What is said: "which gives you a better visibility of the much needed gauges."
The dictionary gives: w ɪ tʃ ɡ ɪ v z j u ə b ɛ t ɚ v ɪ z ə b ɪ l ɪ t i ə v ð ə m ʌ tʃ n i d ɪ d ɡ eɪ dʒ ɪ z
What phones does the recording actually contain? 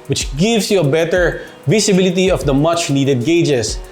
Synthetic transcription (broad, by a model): w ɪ tʃ ɡ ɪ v s j u ə b ɛ t ɚ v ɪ s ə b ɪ l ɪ t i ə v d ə m ʌ tʃ n i d ɪ d ɡ eɪ dʒ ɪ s